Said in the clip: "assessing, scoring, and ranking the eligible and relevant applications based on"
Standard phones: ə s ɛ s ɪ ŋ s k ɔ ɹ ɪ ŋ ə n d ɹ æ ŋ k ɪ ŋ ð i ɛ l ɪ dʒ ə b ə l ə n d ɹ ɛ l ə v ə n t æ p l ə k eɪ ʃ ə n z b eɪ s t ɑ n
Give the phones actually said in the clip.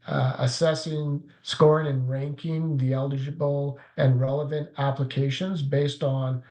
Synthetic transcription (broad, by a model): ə s ɛ s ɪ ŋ s k ɔ ɹ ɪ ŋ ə n ɹ æ ŋ k ɪ ŋ ð i ɛ l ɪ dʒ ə b l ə n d ɹ ɛ l ə v ə n t æ p l ə k eɪ ʃ ə n z b eɪ s t n